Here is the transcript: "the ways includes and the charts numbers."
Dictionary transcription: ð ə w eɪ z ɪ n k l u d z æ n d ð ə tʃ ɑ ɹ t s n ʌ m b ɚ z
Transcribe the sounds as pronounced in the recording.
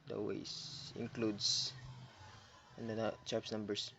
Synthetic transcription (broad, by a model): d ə w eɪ s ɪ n k l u d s n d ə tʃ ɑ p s n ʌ m b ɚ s